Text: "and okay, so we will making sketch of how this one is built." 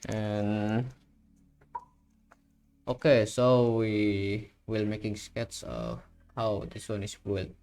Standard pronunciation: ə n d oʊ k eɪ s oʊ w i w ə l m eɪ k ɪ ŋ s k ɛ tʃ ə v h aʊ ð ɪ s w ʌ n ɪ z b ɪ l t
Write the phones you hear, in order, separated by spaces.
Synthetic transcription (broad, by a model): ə n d oʊ k eɪ s oʊ w i w ə l m eɪ k ɪ ŋ s k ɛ s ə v h aʊ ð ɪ s w ʌ n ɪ s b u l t